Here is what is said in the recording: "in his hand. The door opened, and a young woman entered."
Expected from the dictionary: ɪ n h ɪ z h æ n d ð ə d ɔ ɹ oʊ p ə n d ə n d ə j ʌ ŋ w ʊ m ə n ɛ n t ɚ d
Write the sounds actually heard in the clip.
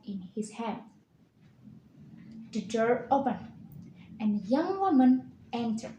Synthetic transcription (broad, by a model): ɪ n h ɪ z h æ n d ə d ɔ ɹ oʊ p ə n ə n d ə j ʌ ŋ w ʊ m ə n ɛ n t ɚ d